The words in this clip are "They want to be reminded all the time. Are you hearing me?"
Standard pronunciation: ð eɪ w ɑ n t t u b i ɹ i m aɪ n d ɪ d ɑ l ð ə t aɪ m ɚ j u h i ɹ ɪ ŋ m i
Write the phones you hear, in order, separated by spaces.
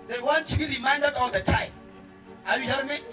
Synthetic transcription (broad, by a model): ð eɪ w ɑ n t t u b i ɹ i m aɪ n d ɪ d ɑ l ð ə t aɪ ɑ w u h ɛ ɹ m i